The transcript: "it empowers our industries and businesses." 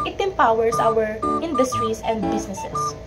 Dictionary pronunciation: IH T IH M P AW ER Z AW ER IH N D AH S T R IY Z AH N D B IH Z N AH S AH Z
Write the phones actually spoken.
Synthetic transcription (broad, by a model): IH T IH M P AW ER S AW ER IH N D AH S T R IY S AH N D B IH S N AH S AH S